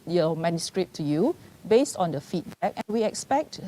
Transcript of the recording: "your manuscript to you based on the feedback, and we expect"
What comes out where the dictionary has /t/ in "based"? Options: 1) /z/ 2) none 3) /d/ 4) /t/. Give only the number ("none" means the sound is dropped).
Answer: 4